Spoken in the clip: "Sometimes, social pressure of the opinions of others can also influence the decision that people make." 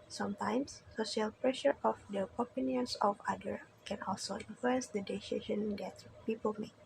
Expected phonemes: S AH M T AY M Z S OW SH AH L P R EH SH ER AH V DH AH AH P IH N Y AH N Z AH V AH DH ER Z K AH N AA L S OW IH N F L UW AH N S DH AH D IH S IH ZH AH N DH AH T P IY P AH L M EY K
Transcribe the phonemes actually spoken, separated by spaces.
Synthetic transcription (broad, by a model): S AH M T AY M S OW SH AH L P R EH SH ER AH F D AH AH P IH N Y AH N S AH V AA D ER K AH N AA L S OW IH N F L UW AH N S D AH D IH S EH SH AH N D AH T P IY P AH L M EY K